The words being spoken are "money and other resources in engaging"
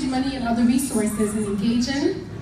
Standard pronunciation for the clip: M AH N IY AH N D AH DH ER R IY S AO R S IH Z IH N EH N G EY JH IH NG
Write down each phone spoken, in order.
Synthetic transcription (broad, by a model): M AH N IY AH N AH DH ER R IY S AO R S IH Z IH N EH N G EY JH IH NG